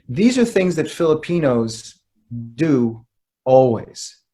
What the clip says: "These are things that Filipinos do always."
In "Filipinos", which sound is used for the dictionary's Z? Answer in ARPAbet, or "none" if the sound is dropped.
Z